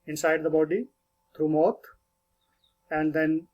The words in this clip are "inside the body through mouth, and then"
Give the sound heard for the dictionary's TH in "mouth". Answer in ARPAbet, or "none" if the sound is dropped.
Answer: T